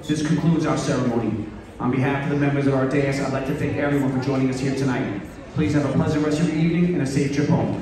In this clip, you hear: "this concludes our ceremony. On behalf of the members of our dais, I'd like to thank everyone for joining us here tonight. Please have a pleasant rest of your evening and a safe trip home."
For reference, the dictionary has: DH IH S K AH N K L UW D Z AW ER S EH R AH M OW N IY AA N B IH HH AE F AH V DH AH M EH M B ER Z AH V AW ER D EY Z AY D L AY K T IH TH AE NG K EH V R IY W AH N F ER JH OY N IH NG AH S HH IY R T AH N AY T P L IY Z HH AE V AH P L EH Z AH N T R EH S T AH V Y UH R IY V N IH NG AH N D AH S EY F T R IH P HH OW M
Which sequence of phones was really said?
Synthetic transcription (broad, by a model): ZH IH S K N K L UW D Z AW ER S EH R AH M OW N IY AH N B IH HH AE F AH V DH AH M EH M B ER Z AH V AW ER D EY S AY D L AY K T IH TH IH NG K EH V R IY W AH N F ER JH OY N IH NG AH S HH IY R T AH N AY T P L IY Z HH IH V AH P L EH Z AH N T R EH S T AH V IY IY V N IH NG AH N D AH S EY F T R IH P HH OW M